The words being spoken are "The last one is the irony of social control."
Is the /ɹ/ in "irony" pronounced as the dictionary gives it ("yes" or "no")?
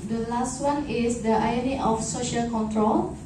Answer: no